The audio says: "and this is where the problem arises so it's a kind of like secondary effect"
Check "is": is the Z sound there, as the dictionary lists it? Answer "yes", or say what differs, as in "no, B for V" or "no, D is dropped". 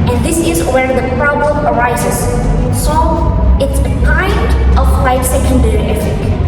yes